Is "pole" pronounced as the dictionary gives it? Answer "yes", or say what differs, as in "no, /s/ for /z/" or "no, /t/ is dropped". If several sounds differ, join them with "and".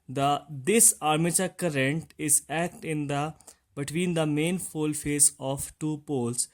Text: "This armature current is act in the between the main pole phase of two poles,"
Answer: no, /f/ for /p/